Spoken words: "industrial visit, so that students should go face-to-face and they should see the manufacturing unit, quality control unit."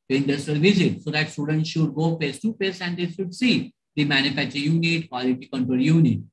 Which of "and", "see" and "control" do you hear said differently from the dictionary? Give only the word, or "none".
control